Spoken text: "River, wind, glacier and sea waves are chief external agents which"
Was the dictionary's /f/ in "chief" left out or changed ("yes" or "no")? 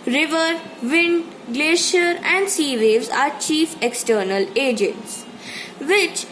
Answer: no